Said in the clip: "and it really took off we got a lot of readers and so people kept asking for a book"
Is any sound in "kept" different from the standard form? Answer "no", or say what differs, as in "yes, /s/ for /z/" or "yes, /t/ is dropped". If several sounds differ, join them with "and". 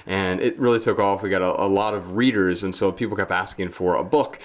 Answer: yes, /t/ is dropped